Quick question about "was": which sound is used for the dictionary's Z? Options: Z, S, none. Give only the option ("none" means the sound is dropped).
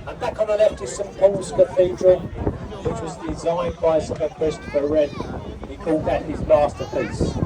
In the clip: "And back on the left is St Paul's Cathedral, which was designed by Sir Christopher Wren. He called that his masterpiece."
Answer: Z